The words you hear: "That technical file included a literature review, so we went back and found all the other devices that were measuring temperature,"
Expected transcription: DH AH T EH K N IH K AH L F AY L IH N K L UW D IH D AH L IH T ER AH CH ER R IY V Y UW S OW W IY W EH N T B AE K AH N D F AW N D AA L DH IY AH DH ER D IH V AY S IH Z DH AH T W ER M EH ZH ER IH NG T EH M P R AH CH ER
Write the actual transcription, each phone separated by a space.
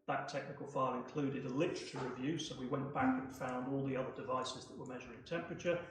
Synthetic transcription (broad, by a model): DH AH T EH K N IH K AH L F AY L IH N K L UW D IH D AH L IH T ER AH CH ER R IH V Y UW S OW W IY W EH N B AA K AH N F AW N D AA L DH IY AH DH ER D IH V AY S IH Z DH AH T W ER M EH ZH ER IH NG T EH M P R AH CH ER